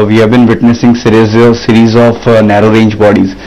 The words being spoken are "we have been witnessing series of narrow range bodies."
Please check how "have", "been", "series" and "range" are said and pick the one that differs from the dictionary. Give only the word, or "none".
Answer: none